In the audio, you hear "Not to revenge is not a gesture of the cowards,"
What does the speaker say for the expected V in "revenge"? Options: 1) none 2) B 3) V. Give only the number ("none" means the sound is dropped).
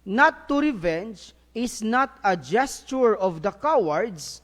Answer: 3